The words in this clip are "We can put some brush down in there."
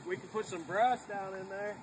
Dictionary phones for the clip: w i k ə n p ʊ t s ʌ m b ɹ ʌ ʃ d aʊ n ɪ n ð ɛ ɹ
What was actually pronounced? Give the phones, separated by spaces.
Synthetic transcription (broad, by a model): w i k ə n p ʊ t s ʌ m b ɹ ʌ s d aʊ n ɪ n ð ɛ ɹ